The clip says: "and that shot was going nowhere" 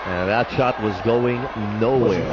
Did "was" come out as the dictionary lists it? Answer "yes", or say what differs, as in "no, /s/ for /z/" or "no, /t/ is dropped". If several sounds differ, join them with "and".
yes